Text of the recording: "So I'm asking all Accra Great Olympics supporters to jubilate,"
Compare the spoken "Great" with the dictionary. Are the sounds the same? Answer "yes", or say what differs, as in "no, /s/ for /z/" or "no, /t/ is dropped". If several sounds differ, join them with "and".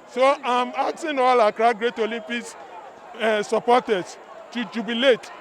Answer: yes